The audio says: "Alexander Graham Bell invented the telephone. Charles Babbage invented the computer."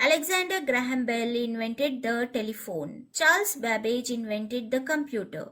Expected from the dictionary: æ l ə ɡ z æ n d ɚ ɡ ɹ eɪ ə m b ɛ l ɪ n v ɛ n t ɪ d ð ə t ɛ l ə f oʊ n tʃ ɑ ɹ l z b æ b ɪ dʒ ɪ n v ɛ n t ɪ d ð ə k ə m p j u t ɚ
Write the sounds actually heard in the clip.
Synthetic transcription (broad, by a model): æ l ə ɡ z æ n d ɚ ɡ ɹ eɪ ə m b ɛ l ɪ n v ɛ n t ɪ d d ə t ɛ l ə f oʊ n tʃ ɑ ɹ l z b æ b ɪ dʒ ɪ n v ɛ n t ɪ d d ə k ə m p j u t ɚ